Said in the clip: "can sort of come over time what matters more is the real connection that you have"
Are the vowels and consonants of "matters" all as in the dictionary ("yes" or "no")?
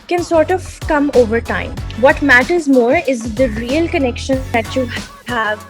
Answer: yes